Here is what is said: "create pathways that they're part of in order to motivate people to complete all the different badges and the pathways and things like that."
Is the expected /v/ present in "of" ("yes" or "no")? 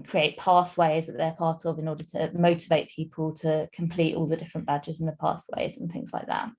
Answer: yes